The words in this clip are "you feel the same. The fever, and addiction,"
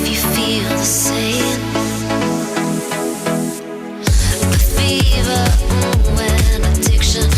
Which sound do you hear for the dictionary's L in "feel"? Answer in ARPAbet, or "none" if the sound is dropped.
L